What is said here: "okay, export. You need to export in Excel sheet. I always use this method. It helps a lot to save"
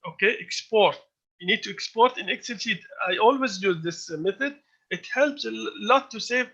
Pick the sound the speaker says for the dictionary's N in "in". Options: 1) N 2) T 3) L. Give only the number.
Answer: 1